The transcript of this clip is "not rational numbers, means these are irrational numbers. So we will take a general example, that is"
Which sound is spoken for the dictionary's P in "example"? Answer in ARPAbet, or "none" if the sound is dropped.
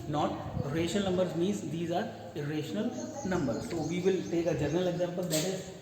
B